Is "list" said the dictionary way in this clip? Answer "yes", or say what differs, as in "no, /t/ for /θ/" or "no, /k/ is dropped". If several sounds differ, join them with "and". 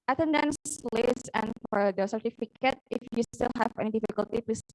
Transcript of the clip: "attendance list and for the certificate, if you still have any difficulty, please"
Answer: no, /t/ is dropped